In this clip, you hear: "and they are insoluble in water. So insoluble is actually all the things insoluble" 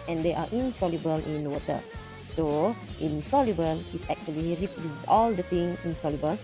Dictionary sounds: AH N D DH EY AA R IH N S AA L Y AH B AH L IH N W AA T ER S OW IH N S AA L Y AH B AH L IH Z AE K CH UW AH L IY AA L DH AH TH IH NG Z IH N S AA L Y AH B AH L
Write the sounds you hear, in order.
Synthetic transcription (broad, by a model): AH N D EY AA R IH N S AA L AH B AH L IH N W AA T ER S OW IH N S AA L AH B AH L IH S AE K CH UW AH L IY AA L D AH T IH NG IH N S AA L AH B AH L